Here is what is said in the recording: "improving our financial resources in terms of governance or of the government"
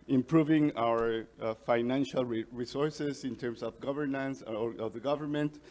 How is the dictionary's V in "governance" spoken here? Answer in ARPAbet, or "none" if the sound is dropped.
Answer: V